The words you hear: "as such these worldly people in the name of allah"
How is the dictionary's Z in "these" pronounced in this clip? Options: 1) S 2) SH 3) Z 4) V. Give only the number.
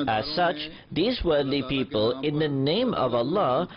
3